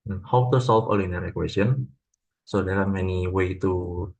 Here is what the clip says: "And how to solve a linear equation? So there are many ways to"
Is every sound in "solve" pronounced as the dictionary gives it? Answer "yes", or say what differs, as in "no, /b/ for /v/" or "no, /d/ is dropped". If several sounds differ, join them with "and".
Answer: no, /f/ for /v/